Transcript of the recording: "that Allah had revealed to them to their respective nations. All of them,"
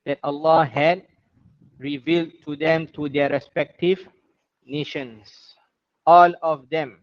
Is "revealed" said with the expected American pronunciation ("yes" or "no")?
yes